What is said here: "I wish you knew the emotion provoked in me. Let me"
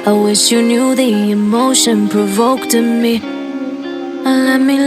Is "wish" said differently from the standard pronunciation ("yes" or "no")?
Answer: no